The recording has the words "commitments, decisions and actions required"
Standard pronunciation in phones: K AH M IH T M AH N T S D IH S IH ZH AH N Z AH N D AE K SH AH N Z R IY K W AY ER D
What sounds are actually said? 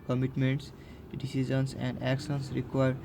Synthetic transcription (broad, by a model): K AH M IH T M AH N T S D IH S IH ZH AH N S AH N D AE K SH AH N S R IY K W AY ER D